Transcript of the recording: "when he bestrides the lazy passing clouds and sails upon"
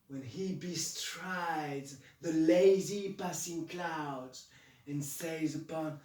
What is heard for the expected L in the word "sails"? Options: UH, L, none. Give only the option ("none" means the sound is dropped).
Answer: none